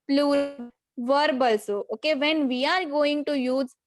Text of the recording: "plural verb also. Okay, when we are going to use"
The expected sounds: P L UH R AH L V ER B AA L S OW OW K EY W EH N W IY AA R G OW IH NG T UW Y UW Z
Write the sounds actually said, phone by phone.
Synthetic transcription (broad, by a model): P L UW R V ER B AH L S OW OW K EY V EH N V IY AA R G OW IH NG T UW Y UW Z